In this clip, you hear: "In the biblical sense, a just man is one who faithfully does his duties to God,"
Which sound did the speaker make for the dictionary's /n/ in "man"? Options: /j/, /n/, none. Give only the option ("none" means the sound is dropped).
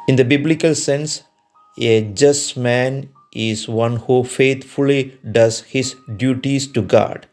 /n/